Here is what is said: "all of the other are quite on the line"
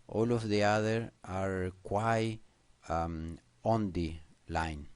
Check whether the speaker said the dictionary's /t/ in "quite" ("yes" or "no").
no